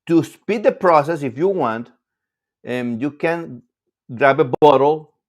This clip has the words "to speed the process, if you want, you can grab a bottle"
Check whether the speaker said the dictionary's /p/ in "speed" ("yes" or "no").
yes